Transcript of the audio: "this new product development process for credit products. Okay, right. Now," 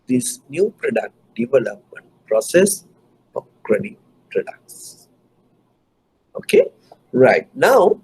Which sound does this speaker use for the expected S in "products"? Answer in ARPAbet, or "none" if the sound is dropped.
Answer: S